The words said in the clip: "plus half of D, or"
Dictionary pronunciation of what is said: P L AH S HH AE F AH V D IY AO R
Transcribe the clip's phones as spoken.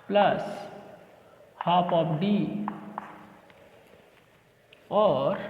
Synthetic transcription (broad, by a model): P L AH S HH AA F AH P D IY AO R